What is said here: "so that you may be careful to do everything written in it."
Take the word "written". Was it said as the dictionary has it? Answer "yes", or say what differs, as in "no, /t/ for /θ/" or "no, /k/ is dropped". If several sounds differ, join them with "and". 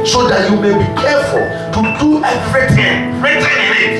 no, /n/ is dropped